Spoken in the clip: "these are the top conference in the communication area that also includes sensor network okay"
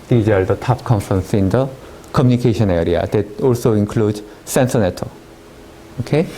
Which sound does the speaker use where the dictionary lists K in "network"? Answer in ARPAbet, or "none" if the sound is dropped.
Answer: none